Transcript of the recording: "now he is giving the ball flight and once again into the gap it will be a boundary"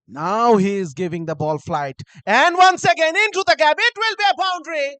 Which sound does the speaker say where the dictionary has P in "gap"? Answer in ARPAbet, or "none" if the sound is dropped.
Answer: B